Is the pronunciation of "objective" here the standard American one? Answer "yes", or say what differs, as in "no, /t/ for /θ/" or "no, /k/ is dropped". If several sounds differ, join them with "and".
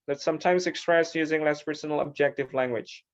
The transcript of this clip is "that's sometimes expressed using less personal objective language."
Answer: yes